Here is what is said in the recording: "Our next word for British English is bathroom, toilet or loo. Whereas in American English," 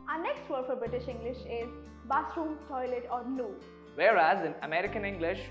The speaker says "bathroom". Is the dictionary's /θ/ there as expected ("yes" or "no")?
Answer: no